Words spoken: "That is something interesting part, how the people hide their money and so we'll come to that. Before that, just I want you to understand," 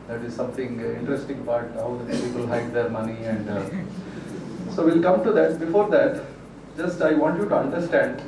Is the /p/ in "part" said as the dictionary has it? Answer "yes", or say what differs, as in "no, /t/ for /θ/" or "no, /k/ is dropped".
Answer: no, /b/ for /p/